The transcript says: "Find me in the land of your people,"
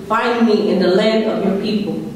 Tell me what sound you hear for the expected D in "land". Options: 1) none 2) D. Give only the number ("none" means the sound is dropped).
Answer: 1